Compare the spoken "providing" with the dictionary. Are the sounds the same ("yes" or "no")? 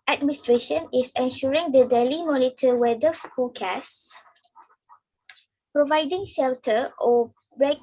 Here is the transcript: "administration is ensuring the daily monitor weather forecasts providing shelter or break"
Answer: yes